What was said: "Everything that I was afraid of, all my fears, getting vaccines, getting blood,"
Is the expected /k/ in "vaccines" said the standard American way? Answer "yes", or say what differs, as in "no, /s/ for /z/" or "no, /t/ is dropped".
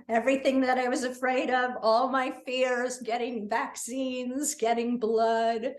yes